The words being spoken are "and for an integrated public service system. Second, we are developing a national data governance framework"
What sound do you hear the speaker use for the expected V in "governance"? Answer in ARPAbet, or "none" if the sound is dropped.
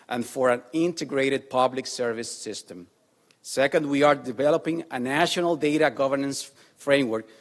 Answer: V